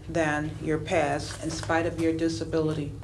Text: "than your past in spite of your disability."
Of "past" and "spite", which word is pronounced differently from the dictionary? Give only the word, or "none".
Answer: past